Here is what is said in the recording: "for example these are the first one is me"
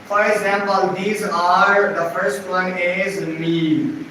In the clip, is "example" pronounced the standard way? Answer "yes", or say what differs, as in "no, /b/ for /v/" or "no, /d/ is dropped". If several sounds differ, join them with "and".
yes